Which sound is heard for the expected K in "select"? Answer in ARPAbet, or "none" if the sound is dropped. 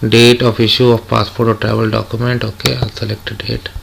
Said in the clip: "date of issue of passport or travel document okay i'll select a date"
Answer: K